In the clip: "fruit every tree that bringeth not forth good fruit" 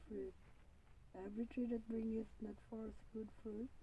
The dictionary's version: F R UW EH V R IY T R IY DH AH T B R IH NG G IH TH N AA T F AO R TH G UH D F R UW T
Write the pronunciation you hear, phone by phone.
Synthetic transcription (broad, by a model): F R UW EH V R IY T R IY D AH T B R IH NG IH S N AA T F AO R S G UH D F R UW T